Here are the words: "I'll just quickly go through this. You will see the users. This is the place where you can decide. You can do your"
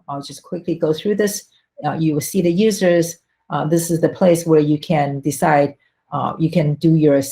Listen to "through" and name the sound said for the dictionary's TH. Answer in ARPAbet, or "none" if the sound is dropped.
TH